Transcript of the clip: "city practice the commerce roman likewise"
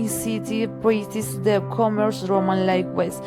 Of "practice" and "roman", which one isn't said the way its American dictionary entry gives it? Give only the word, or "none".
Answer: practice